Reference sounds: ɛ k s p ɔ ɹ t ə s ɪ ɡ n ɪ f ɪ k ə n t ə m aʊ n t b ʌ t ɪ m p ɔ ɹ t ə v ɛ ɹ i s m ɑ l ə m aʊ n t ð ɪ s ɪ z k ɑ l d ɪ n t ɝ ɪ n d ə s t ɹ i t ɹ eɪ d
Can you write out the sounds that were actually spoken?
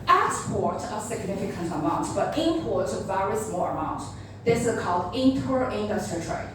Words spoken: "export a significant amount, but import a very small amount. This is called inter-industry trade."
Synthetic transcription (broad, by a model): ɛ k s p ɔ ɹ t ə s ɪ ɡ n ɪ f ɪ k ə n t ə m aʊ n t b ʌ t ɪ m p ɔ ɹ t ə v ɛ ɹ i s m ɑ l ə m aʊ n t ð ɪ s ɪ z k ɑ l d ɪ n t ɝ ɪ n d ə s t ɹ i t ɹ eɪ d